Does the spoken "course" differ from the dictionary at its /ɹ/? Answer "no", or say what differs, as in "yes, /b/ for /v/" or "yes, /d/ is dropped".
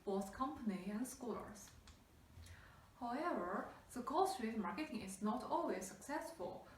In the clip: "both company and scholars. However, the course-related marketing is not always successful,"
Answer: yes, /l/ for /ɹ/